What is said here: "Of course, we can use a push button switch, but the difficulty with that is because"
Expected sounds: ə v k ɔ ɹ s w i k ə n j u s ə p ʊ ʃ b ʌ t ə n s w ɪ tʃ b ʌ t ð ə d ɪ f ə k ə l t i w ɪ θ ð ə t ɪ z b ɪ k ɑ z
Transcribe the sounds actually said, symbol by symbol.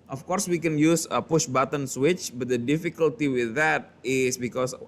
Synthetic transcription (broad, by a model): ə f k ɔ ɹ s w i k ə n j u s ə p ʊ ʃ b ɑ t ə n s w ɪ tʃ b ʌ t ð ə d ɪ f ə k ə l t i w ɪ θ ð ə t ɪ s b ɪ k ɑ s